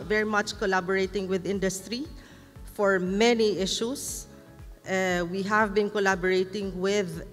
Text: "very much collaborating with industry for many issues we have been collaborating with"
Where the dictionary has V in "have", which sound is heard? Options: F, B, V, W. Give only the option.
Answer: V